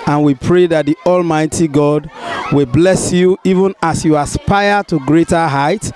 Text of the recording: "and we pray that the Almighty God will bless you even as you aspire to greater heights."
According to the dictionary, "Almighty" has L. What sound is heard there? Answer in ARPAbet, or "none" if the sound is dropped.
L